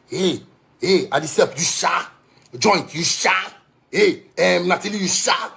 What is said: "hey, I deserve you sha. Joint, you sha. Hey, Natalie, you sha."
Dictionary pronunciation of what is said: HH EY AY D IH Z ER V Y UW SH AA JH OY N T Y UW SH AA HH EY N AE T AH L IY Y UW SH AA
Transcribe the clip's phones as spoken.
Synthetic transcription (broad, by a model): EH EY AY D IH S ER P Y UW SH AA JH OY N T Y UW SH AA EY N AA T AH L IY Y UW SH AA